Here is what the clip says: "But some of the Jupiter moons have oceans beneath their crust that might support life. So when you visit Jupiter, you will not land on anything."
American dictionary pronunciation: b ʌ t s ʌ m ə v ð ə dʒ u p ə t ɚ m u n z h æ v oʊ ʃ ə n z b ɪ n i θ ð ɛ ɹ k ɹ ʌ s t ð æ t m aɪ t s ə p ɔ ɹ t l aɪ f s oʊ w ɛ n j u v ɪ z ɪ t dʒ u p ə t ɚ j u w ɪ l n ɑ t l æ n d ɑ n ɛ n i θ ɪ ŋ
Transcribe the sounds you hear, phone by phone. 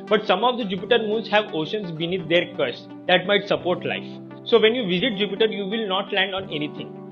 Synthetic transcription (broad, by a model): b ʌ t s ʌ m ə v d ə dʒ u p ə t ɚ m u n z h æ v oʊ ʃ ə n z b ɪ n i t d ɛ ɹ k ʌ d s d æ t m aɪ t s ə p ɔ ɹ t l aɪ f s oʊ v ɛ n j u v ɪ z ɪ t dʒ u p ə t ɚ j u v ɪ l n ɑ t l æ n d ɑ n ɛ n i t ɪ ŋ